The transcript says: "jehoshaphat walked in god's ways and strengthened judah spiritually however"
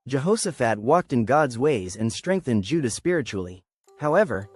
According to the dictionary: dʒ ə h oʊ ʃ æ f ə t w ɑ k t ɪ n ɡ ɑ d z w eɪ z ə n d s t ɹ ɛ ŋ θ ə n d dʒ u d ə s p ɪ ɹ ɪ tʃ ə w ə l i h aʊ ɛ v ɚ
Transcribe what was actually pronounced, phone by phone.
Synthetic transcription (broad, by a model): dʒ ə h oʊ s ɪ f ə t w ɑ k t ɪ n ɡ ɑ d z w eɪ z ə n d s t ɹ ɛ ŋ θ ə n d dʒ u d ə s p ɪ ɹ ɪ tʃ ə l i h aʊ ɛ v ɚ